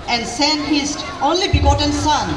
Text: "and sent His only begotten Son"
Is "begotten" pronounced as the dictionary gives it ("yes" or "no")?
yes